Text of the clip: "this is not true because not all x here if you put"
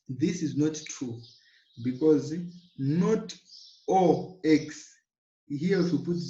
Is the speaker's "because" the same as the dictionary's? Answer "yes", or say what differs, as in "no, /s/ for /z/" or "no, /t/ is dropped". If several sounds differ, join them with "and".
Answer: yes